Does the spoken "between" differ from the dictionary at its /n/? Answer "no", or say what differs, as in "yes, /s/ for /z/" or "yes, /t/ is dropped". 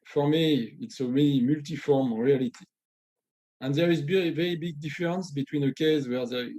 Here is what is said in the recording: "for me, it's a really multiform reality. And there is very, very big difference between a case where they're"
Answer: no